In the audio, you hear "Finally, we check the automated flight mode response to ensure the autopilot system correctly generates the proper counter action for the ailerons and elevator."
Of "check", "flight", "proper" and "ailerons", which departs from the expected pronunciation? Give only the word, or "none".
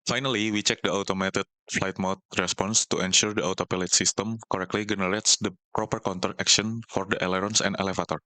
ailerons